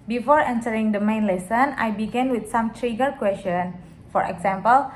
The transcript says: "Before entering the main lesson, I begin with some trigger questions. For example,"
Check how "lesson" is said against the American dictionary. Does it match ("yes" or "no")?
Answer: yes